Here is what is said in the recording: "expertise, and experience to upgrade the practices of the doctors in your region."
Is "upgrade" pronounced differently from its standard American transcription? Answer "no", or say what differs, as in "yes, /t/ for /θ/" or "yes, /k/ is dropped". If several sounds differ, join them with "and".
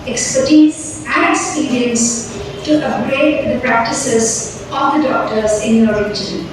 yes, /p/ is dropped